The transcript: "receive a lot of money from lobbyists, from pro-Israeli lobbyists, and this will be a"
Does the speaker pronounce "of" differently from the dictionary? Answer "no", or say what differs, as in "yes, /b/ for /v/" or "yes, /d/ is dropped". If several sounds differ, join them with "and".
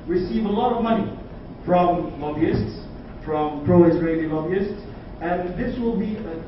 no